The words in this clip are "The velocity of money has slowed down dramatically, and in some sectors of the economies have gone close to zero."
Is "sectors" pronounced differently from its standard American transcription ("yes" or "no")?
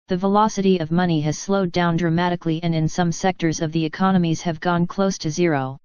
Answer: no